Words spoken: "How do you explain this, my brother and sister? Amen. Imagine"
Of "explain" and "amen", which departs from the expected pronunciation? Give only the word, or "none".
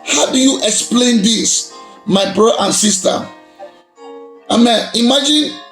none